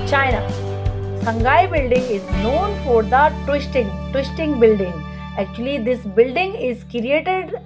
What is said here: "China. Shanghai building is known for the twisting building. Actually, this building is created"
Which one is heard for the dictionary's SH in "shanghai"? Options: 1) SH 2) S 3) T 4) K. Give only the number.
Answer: 2